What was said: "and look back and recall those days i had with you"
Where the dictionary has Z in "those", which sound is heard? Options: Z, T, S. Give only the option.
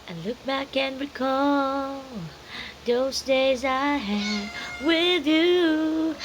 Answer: Z